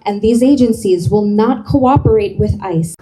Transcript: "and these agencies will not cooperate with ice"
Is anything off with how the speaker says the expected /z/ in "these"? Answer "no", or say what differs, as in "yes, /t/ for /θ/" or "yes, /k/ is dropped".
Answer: no